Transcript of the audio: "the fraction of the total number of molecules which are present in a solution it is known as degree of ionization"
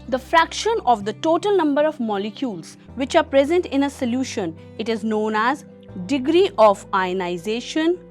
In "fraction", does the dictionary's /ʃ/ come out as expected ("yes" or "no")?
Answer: yes